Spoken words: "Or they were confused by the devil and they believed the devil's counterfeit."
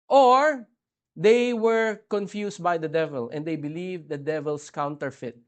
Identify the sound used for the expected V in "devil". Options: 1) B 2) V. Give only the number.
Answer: 2